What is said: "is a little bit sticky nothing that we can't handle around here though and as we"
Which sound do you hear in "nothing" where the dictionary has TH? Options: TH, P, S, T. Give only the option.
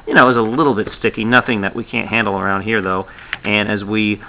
TH